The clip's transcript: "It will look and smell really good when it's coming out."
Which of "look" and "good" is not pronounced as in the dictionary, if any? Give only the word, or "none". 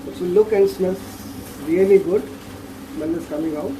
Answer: none